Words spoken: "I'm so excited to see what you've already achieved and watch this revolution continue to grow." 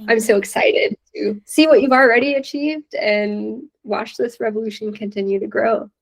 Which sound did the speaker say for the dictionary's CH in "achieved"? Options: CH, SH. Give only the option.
CH